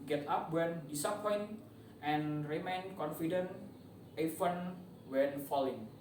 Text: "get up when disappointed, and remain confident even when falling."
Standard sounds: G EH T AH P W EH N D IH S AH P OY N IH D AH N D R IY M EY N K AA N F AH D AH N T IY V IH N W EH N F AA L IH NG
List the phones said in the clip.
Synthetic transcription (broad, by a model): G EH T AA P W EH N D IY S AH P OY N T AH N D R IY M EY N K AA N F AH D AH N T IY F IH N W EH N F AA L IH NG